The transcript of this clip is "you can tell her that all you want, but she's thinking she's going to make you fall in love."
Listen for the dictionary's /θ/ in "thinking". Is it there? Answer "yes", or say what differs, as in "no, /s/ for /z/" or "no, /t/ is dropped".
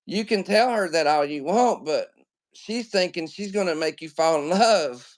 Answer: yes